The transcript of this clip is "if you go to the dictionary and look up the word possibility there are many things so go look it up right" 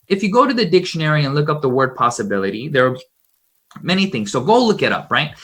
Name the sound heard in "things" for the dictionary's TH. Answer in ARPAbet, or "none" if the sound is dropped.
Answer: TH